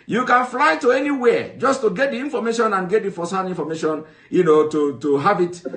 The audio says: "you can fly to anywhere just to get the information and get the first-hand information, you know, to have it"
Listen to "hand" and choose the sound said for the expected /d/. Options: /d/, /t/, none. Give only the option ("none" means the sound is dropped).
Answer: none